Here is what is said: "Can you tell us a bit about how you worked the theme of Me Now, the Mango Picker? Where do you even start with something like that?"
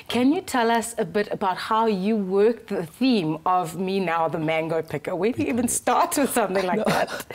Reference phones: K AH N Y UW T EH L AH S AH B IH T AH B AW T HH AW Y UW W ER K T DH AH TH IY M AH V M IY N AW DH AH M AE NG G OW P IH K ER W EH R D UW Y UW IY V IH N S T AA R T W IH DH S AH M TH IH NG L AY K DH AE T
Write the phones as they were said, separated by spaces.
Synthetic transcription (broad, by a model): K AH N Y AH T EH L AH S AH B IH T AH B AW T HH AW Y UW W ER K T DH AH TH IY M AH V M IY N AW DH AH M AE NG G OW P IH K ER W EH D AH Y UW IY V IH N S T AA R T W IH DH S AH M TH IH NG L AY K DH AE T